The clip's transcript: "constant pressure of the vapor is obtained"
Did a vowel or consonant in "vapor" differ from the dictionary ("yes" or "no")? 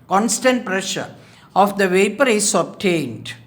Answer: no